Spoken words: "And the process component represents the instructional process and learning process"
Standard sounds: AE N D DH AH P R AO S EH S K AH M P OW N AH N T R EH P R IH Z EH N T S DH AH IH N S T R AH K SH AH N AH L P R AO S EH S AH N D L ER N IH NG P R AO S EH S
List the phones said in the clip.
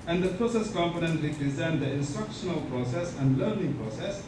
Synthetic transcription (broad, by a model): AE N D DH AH P R AO S EH S K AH M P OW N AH N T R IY P R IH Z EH N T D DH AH IH N S T R AH K SH AH N AH L P R AO S EH S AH N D L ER N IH NG P R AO S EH S